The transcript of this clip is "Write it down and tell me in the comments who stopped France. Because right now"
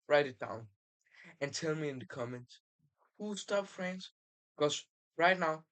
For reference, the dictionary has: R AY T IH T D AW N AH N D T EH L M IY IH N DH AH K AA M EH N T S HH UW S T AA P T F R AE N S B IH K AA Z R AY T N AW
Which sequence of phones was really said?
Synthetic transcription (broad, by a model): R AY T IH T D AW N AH N T EH L M IY IH N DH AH K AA M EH N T HH UW S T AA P F R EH N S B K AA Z R AY T N AW